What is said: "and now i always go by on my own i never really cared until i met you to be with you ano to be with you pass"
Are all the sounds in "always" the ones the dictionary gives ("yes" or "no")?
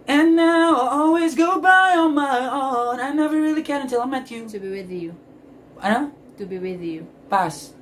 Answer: yes